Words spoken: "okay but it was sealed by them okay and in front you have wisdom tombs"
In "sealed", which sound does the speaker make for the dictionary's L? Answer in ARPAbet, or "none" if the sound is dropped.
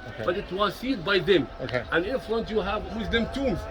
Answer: none